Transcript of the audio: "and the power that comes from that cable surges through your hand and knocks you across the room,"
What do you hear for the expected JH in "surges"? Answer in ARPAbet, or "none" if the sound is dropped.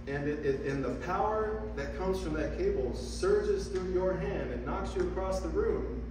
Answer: JH